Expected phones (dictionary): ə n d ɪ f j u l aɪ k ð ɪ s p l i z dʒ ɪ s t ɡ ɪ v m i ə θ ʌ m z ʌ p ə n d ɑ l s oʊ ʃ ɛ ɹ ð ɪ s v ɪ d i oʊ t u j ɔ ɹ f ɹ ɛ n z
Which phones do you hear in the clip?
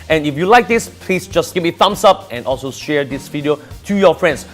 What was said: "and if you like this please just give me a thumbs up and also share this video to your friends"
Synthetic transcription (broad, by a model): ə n ɪ f j u l aɪ k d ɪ s p l i s dʒ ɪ s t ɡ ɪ p m i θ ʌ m s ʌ p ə n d ɑ l s oʊ ʃ ɛ ɹ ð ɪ s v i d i oʊ t u j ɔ f ɹ ɛ n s